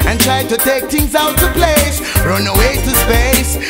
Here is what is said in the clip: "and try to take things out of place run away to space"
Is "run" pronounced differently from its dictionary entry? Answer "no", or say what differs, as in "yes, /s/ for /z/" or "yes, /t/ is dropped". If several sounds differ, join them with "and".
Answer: no